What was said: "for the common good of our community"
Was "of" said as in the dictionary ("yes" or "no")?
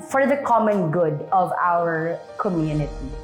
yes